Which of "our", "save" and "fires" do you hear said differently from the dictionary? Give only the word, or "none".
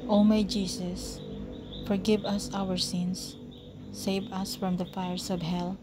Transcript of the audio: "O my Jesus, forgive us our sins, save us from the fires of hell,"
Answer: fires